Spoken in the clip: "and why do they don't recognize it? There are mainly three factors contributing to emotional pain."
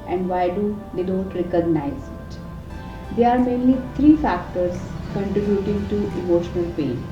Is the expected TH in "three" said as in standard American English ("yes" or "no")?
no